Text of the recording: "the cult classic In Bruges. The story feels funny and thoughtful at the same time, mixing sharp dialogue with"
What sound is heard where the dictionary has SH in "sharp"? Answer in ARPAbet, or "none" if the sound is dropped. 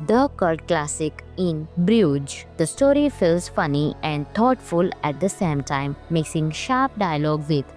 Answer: SH